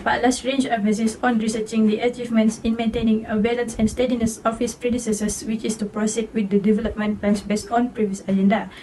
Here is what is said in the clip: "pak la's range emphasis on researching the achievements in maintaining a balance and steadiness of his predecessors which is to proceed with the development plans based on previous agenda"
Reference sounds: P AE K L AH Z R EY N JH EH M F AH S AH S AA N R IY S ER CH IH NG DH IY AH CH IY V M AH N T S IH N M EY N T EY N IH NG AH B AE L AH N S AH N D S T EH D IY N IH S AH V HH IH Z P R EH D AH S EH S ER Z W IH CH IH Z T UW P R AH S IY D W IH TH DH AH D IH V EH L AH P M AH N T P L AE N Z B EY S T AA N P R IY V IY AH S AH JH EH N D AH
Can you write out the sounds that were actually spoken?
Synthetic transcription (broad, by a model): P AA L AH S R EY N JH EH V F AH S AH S AA N R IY S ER CH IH NG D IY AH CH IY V M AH N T S IH N M EY N T EY N IH NG AH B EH L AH N S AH N S T EH D IY N IH S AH F HH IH S P R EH D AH S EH S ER S W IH CH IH S T UW P R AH S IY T W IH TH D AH D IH V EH L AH P M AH N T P L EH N S B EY S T AA N P R IY V IY AH S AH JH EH N D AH